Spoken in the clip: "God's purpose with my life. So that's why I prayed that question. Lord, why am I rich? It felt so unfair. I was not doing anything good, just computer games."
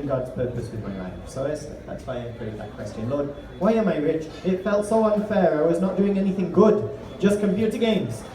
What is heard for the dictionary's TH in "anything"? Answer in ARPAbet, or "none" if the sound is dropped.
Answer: TH